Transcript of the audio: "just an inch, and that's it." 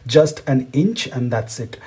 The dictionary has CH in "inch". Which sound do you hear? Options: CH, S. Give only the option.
CH